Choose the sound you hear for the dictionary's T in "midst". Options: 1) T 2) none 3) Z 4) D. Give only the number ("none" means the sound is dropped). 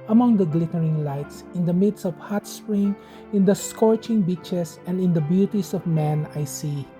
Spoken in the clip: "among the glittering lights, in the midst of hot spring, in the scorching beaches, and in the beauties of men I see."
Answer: 2